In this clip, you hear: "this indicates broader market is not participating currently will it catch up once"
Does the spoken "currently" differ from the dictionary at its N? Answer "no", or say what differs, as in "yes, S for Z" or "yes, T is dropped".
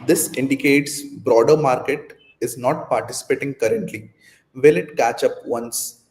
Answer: no